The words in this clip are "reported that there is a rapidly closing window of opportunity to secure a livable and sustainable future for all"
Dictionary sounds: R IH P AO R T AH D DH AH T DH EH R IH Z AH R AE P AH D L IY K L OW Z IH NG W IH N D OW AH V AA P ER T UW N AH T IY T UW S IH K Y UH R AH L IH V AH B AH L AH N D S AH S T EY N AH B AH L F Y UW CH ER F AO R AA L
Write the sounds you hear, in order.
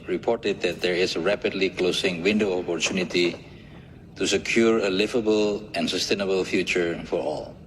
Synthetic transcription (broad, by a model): R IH P AO R T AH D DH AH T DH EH R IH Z AH R AE P AH D L IY K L OW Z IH NG W IH N D OW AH P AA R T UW N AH T IY T UW S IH K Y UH R AH L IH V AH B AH L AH N S AH S T EY N AH B AH L F Y UW CH ER F AO R AA L